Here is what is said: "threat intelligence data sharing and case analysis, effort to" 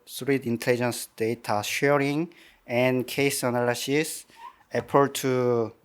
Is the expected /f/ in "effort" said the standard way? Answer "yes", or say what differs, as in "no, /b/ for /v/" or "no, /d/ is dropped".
no, /p/ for /f/